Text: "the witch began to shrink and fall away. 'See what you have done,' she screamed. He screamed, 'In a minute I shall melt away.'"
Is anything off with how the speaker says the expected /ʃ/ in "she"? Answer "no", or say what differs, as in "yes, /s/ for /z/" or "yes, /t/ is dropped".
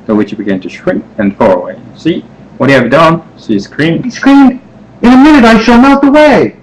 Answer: yes, /s/ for /ʃ/